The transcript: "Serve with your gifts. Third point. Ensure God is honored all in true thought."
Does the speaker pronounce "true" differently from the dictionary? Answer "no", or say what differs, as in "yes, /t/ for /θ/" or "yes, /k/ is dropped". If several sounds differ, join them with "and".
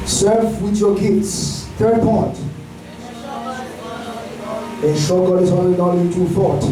yes, /ɹ/ is dropped